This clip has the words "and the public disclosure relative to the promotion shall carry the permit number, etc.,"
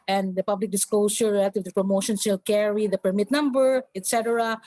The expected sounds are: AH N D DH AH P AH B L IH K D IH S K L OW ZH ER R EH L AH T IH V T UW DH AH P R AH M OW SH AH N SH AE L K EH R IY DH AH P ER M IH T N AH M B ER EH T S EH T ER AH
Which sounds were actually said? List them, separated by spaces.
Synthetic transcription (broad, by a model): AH N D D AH P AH B L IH K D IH S K L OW S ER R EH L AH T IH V T UW P R AH M OW SH AH N S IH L K EH R IY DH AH P ER M IH T N AH M B ER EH T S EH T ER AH